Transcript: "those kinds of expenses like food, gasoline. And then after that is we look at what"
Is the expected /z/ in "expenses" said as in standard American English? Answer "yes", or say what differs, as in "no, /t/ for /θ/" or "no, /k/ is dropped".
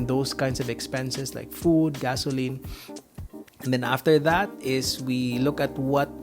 no, /s/ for /z/